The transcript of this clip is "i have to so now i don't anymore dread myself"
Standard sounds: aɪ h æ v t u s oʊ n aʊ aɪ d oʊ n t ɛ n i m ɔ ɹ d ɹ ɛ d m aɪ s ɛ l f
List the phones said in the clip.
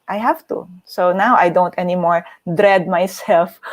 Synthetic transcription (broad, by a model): aɪ h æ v t u s oʊ n aʊ aɪ d oʊ n t ɛ n i m ɔ ɹ d ɹ ɛ d m aɪ s ɛ l f